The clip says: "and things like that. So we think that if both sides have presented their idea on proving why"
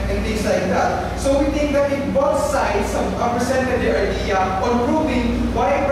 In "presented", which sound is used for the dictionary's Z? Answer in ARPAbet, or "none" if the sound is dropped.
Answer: S